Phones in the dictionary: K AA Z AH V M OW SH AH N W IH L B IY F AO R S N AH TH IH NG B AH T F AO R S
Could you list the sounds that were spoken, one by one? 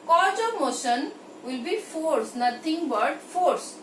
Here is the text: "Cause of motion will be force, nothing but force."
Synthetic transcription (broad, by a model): K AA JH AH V M OW SH AH N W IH L B IY F AO R S N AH T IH NG B AH T F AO R S